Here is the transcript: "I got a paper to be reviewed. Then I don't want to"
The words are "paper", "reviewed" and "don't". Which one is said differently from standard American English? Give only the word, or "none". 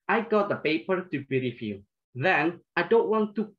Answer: reviewed